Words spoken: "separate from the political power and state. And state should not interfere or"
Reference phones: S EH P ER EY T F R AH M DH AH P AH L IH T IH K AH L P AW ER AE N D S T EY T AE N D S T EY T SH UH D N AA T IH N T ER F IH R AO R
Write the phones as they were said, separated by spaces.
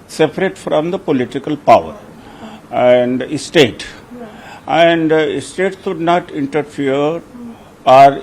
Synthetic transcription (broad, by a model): S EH P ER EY T F R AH M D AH P AH L IH T IH K AH L P AW ER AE N D S T EY T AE N D S T EY T S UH D N AA T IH N T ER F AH R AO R